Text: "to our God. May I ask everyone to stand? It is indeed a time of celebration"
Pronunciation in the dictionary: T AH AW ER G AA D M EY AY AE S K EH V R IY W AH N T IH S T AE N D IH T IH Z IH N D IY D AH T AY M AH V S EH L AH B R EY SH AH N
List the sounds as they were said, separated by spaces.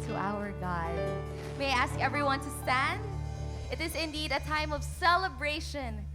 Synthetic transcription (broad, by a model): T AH AW ER G AA D M EY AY AE S K EH V R IY W AH N T IH S T AE N D IH T IH Z IH N D IY D AH T AY M AH V S EH L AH B R EY SH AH N